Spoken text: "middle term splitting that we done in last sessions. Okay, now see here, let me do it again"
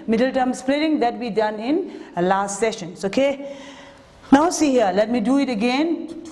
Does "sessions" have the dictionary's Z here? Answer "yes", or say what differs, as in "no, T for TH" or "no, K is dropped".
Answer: no, S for Z